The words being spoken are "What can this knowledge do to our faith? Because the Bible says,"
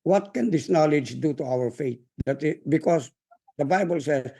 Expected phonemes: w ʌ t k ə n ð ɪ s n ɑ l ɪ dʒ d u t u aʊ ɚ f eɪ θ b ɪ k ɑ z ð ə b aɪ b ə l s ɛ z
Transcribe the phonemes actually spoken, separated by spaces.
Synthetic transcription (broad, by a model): w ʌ t k ə n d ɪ s n ɑ l ɪ dʒ d u t u aʊ ɚ f eɪ t b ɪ k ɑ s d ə b aɪ b ə l s ɛ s